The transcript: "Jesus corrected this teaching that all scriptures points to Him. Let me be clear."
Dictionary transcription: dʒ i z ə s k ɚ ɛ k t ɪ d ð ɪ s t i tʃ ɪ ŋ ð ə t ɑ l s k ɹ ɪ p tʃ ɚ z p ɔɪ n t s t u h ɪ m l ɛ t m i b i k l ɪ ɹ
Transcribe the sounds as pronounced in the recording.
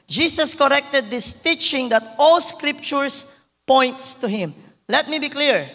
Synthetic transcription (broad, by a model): dʒ i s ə s k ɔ ɛ k t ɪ d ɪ s t i tʃ ɪ ŋ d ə t ɑ l s k ɹ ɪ p tʃ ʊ s p ɔɪ n t s t u h ɪ m l ɛ t m i b i k l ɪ ɹ